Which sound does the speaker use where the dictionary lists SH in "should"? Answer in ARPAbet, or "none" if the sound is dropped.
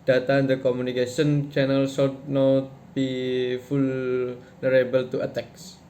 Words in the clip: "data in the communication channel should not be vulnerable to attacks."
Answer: S